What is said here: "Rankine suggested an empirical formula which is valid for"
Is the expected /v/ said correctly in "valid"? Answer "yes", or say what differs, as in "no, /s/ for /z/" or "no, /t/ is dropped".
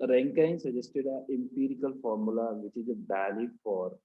no, /b/ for /v/